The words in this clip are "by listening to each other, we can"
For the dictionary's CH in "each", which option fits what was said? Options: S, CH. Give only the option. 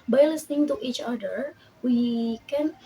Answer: CH